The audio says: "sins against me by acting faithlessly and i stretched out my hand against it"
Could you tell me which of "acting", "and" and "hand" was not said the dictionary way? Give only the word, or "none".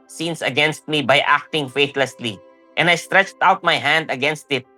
none